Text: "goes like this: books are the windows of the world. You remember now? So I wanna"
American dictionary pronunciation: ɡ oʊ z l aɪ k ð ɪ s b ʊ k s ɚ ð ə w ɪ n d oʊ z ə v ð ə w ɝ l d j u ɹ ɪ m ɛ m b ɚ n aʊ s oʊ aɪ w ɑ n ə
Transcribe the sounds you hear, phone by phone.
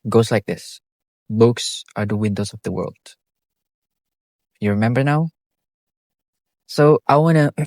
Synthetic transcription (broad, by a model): ɡ oʊ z l aɪ k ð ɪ s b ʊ k s ɚ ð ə w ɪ n d oʊ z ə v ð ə w ɝ l d j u ɹ ɪ m ɛ m b ɚ n aʊ s oʊ aɪ w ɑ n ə